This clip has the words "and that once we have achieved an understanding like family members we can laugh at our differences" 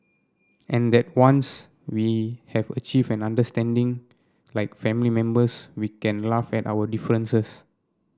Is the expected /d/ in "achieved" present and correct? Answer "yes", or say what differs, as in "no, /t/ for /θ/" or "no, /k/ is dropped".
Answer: no, /d/ is dropped